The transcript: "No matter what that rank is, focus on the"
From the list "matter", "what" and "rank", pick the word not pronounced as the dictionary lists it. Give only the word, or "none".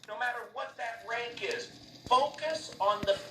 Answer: none